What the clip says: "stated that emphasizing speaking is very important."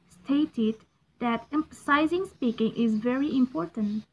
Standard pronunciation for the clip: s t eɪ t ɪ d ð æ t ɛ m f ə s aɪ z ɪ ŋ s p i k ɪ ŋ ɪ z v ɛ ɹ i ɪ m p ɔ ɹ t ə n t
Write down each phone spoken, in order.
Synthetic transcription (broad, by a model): s t eɪ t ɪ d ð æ t ɛ m f ə s aɪ z ɪ ŋ s p i k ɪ ŋ ɪ z v ɛ ɹ i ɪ m p ɔ ɹ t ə n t